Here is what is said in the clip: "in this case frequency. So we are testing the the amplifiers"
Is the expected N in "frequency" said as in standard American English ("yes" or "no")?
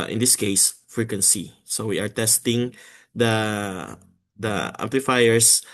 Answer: yes